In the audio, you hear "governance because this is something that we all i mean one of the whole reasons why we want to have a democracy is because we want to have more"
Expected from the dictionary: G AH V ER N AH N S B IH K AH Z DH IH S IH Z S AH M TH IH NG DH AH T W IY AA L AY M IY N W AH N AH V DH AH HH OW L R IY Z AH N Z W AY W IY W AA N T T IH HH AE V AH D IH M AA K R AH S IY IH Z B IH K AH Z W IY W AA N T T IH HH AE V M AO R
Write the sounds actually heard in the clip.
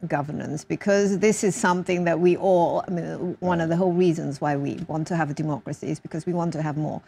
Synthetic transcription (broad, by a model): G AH V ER N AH N S B IH K AH Z DH IH S IH Z S AH M TH IH NG DH AH T W IY AA L AY M IY N W AH N AH V DH AH HH OW L R IY Z AH N Z W AY W IY W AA N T T IH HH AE V AH D IH M AA K R AH S IY IH Z B IH K AH Z W IY W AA N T T IH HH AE V M AO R